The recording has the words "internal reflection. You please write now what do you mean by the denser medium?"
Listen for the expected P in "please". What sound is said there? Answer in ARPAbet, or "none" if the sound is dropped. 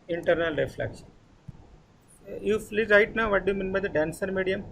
F